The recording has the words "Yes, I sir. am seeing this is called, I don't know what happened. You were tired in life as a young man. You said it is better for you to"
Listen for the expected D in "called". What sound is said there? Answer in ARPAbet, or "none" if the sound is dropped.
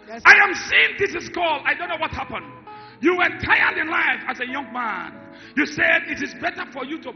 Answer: none